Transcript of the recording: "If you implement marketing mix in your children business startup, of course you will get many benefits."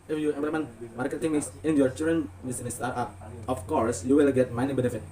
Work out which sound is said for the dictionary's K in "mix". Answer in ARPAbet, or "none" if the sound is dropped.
none